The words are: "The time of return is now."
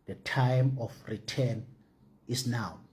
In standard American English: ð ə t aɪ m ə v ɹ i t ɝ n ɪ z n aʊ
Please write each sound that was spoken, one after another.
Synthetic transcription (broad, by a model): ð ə t aɪ m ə f ɹ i t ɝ n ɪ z n aʊ